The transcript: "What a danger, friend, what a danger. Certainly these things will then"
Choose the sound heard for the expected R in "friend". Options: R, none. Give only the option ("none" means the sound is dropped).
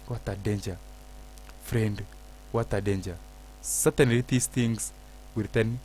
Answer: R